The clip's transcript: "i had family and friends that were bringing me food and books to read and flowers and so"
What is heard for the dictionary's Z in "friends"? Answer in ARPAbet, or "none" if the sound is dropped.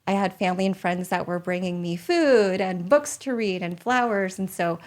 Z